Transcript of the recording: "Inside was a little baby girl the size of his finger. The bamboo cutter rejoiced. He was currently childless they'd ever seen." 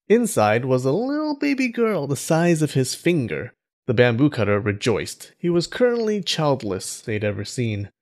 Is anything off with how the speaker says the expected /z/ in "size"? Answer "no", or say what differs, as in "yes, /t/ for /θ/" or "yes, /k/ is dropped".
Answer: no